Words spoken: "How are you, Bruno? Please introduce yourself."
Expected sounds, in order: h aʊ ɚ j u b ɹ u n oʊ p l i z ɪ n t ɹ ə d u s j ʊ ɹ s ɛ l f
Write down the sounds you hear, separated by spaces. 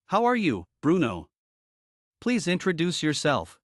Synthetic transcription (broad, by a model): h aʊ ɚ j u b ɹ u n oʊ p l i z ɪ n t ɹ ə d u s j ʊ ɹ s ɛ l f